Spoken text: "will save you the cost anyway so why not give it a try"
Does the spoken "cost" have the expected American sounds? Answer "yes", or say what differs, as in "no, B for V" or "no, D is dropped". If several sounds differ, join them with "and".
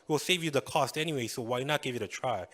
yes